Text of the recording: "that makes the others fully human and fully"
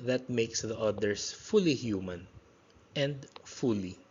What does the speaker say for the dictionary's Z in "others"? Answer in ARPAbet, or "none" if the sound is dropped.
S